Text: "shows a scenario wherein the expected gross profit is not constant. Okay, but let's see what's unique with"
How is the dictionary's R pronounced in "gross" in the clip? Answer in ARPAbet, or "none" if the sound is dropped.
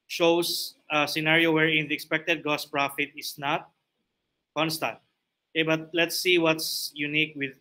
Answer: none